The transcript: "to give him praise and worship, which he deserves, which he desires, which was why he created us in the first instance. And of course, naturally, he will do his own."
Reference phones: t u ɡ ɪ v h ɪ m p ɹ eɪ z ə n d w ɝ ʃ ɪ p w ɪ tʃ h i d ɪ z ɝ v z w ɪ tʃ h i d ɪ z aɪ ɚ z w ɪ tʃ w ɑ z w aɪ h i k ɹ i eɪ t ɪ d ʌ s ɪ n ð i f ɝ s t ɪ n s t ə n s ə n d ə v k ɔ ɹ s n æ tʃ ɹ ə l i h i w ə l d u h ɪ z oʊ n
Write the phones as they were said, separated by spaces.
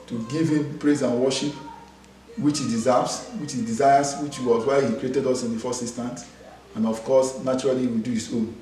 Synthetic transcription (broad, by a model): t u ɡ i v h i m p ɹ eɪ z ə n w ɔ ʃ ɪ p w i tʃ h i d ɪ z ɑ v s w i tʃ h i d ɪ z aɪ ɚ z w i tʃ w ɑ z w aɪ h i k ɹ i eɪ t ɪ d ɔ s ɪ n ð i f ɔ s ɪ s t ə n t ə n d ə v k ɔ s n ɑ tʃ ə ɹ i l i w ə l d u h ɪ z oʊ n